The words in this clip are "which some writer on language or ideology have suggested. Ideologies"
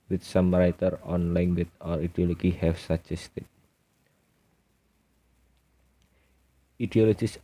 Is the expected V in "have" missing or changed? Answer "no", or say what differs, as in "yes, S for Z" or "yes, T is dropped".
yes, F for V